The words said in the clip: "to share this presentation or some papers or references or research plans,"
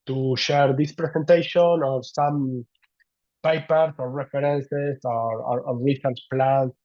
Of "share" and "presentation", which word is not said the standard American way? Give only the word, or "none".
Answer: presentation